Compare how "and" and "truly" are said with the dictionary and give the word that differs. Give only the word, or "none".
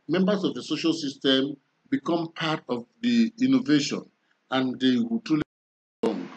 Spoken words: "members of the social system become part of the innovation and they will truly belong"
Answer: truly